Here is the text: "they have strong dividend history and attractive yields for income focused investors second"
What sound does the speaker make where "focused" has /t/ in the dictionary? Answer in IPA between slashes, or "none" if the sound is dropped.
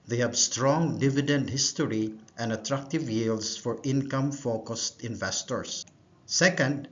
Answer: /t/